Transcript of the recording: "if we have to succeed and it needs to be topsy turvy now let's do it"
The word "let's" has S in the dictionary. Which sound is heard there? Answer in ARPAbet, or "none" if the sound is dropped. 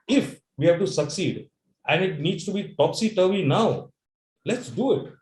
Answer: S